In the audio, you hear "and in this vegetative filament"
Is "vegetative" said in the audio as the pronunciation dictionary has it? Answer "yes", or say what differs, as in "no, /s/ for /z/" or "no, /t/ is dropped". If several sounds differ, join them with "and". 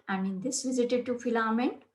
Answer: no, /z/ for /dʒ/